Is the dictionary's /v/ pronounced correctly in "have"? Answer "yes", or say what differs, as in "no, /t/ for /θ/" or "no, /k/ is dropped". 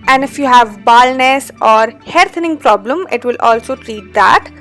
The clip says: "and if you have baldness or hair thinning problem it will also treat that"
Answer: yes